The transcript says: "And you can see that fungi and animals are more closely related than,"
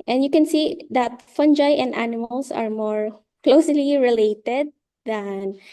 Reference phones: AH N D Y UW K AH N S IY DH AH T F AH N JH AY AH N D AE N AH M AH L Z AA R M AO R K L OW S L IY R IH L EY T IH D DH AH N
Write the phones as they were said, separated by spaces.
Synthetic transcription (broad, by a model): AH N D Y UW K AH N S IY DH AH T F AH N JH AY AH N D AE N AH M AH L S AA R M AO R K L OW S L IY R IH L EY T IH D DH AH N